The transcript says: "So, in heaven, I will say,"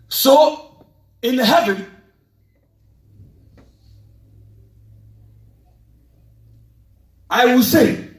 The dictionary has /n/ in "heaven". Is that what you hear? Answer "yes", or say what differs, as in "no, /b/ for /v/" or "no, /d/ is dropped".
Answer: no, /n/ is dropped